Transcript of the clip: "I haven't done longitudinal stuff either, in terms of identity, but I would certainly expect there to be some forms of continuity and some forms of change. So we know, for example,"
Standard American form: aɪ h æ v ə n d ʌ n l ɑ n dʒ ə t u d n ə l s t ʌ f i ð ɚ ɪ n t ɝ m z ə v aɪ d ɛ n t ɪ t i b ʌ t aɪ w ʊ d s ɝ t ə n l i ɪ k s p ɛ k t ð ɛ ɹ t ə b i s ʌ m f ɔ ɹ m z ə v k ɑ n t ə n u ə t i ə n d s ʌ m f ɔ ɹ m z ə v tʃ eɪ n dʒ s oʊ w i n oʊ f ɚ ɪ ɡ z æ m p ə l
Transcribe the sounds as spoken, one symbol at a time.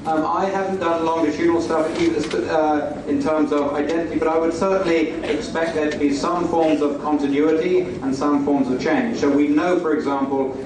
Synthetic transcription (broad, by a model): aɪ h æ v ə n d ʌ n l ɑ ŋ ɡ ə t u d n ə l s t ʌ f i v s ɪ n t ɝ m z ə v aɪ d ɛ n t ɪ t i b ʌ t aɪ w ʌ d s ɝ t n l i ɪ k s p ɛ k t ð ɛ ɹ t ə b i s ʌ m f ɔ ɹ m z ə v k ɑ n t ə n u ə t i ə n s ʌ m f ɔ ɹ m z ə v tʃ eɪ n ʒ s oʊ w i n oʊ f ɚ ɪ ɡ z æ m p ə l